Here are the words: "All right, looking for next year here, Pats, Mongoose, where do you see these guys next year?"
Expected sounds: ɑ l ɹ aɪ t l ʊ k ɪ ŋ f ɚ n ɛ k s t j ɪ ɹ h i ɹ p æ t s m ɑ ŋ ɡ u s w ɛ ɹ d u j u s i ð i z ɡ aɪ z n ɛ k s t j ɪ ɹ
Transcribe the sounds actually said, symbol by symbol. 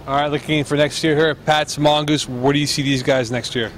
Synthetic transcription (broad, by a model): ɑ ɹ aɪ t l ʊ k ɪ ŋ f ɚ n ɛ k s t j ɪ ɹ h i ɹ p æ t s m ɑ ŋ ɡ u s w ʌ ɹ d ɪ j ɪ s i ð i z ɡ aɪ z n ɛ k s t j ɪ ɹ